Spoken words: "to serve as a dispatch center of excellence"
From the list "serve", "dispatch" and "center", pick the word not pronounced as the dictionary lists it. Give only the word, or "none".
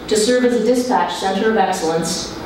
none